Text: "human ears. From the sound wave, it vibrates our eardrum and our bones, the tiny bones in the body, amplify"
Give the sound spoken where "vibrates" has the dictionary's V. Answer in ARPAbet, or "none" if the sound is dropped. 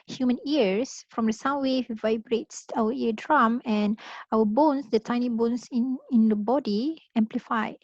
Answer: V